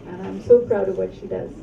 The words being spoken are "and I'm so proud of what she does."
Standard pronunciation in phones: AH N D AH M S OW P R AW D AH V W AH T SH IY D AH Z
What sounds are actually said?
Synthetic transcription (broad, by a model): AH AH M S OW P R AW D AH V W AH T SH IY D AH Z